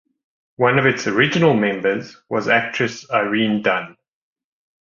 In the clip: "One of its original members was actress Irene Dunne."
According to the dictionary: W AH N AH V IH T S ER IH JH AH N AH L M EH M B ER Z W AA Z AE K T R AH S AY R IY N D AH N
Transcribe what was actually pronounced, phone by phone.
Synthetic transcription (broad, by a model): W AH N AH V IH T S ER IH JH AH N AH L M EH M B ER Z W AA Z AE K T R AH S AY R IY N D AH N